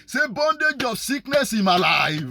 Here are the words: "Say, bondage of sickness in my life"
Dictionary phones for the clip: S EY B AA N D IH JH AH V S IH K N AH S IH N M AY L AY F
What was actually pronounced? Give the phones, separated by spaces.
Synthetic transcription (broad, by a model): S EY B AA N D IH JH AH B S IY K N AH S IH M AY L AY